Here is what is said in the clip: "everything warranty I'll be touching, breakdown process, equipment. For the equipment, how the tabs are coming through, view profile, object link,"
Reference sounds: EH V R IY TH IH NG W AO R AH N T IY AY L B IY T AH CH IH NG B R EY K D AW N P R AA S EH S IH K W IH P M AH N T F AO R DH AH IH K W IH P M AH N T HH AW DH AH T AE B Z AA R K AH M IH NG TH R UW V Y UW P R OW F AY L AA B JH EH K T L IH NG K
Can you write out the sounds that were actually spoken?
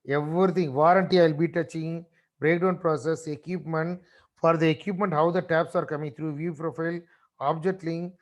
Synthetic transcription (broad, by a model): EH V R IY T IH NG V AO R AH N T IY AY L B IY T AH CH IH NG B R EY K D AW N P R AA S EH S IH K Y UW P M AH N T F AO R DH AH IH K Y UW P M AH N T HH AW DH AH T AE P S AA R K AH M IH NG T R UW V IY P R OW F AY L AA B JH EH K T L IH NG